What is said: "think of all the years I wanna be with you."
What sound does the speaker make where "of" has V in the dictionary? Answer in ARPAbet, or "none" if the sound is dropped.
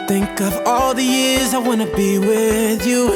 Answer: V